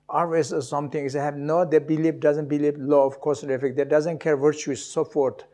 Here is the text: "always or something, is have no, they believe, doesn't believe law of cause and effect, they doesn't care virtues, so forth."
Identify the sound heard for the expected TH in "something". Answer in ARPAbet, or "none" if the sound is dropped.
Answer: T